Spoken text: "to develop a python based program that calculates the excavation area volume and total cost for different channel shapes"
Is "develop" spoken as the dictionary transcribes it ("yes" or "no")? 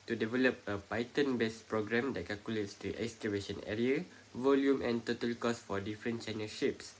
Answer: yes